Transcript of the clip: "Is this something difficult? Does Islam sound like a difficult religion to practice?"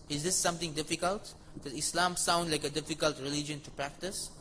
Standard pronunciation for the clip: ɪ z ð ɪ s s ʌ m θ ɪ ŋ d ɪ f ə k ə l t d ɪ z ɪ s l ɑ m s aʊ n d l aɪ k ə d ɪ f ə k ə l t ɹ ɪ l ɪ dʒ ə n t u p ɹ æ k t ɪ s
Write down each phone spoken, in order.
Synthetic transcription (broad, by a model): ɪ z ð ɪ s s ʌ m t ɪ ŋ d ɪ f ə k ə l t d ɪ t ɪ s l ɑ m s aʊ n d l aɪ k ə d ɪ f ə k ə l t ɹ ɪ l ɪ dʒ ə n t u p ɹ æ k t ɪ s